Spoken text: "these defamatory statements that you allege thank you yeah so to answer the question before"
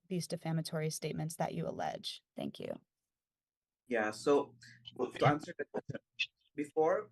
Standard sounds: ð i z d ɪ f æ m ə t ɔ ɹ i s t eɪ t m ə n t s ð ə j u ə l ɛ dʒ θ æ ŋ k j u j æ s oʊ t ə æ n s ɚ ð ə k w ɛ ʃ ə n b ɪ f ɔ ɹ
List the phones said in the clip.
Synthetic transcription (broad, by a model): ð i z d ɪ f æ m ə t ɔ ɹ i s t eɪ t m ə n t s ð ə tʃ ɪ ə l ɛ dʒ θ æ ŋ k j u j æ s oʊ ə æ n s ɚ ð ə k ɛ ə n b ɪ f ɔ ɹ